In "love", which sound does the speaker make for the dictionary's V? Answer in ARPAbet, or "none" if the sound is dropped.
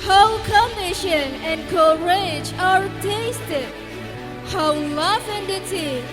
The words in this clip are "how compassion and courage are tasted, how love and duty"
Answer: F